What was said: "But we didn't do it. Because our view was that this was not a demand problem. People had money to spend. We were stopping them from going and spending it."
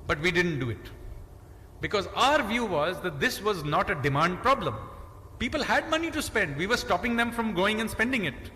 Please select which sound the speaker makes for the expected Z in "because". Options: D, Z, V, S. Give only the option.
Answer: Z